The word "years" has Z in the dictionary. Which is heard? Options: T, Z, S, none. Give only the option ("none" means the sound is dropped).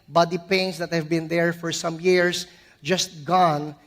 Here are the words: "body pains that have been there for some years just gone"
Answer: S